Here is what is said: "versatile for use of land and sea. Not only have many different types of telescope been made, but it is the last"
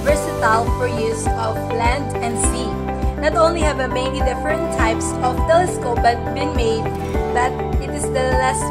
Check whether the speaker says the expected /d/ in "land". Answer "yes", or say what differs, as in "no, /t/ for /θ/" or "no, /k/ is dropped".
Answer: yes